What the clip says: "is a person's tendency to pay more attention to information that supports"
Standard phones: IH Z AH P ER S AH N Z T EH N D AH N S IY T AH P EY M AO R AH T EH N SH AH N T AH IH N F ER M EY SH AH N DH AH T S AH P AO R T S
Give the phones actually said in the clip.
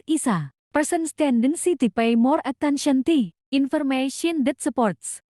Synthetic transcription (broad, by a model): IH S AH P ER S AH N S T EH N D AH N S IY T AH P EY M AO R AH T EH N SH AH N T AH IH N F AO M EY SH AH N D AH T S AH P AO R T S